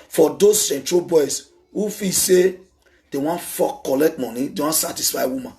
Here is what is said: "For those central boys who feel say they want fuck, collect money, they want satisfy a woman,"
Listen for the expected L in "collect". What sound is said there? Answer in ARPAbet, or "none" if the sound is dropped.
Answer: L